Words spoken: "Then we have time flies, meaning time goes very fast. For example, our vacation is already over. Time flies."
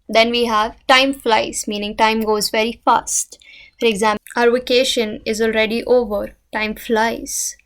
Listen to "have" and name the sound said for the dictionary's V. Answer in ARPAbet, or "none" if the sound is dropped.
V